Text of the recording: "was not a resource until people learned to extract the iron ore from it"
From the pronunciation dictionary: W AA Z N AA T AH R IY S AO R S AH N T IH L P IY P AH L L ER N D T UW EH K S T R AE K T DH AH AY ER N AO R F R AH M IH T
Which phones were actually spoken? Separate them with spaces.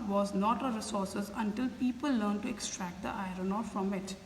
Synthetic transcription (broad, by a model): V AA Z N AA T AH R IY S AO R S AH N T IH L P IY P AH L L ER N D T UW EH K S T R AE K T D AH AY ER N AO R F R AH M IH T